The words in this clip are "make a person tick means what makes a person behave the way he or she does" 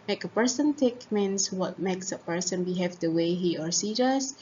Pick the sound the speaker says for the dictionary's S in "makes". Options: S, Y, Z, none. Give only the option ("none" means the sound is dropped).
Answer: S